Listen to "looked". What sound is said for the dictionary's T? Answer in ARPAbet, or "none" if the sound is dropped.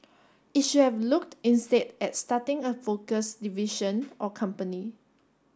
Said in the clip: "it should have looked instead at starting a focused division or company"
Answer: T